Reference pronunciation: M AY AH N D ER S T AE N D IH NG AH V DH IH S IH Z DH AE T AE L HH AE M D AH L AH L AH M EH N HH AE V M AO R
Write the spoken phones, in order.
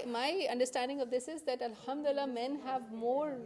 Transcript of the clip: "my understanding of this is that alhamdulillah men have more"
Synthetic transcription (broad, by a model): M AY AH N D ER S T AE N D IH NG AH V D IH S IH Z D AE T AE L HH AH M D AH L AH L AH M EH N HH AE V M AO R